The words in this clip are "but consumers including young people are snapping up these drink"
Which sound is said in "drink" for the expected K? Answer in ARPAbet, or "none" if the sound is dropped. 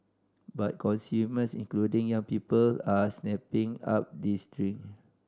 none